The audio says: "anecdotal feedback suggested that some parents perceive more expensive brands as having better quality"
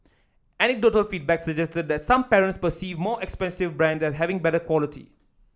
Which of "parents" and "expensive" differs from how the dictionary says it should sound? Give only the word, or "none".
none